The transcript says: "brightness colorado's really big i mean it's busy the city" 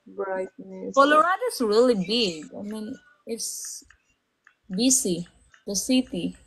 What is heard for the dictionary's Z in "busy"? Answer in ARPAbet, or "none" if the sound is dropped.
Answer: S